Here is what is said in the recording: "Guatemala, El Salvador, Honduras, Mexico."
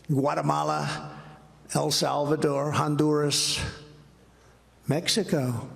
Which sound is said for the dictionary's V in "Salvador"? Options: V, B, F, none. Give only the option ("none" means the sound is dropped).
V